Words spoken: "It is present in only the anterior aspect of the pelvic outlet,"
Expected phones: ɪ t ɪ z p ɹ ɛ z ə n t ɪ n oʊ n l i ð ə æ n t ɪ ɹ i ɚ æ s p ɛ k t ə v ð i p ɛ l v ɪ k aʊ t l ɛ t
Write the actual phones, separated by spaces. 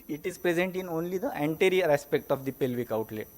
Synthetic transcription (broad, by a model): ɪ t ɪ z p ɹ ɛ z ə n t ɪ n oʊ n l i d ə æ n t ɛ ɹ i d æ s p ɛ k t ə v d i p ɛ l v ɪ k aʊ t l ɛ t